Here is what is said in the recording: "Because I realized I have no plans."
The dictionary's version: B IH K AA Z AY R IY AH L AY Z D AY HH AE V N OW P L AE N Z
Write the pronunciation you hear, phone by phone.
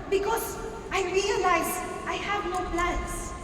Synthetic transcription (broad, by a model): B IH K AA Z AY R IY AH L AY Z AY HH AE V N OW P L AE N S